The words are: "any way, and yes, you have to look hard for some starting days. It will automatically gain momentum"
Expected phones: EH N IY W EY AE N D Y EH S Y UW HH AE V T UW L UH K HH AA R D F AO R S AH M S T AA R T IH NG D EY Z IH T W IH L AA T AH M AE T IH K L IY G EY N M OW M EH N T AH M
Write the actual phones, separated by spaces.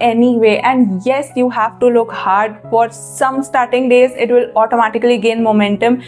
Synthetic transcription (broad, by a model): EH N IY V EY AE N D Y EH S Y UW HH AE V T UW L UH K HH AA R D F AO R S AH M S T AA R T IH NG D EY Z IH T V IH L AA T AH M AE T IH K L IY G EY N M OW M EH N T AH M